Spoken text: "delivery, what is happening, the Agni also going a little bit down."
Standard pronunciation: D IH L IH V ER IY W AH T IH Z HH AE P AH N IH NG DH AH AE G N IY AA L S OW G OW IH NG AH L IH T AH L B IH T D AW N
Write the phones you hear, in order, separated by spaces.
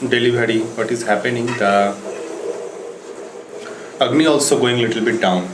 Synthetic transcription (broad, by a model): D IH L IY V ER IY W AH T IH Z HH AE P AH N IH NG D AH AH G N IY AA L S OW G OW IH NG L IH T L B IH T D AW N